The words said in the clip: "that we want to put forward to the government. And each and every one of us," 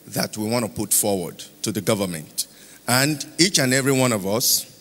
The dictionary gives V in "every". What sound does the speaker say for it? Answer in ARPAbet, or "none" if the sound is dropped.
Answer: V